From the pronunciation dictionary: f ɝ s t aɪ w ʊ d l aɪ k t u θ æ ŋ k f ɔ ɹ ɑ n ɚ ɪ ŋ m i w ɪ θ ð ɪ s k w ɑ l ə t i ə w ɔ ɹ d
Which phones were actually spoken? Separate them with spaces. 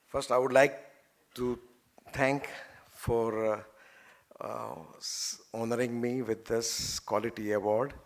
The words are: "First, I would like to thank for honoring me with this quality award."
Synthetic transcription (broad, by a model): f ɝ s t aɪ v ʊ d l aɪ k t u t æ ŋ k f ɔ ɹ ɑ n ɚ ɪ ŋ m i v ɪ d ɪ s k w ɑ l ə t i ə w ɔ ɹ d